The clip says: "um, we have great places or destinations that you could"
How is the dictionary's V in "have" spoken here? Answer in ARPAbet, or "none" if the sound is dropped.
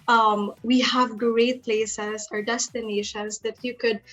V